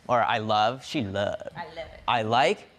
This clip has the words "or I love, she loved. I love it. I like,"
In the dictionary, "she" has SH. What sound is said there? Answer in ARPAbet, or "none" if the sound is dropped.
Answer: SH